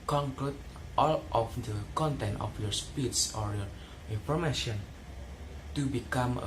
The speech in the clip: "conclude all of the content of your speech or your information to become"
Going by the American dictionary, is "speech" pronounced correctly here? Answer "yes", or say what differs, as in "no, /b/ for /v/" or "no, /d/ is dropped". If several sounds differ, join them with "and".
no, /s/ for /tʃ/